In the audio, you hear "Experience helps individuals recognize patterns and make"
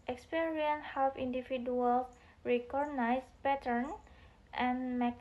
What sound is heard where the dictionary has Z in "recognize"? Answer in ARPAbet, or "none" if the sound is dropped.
S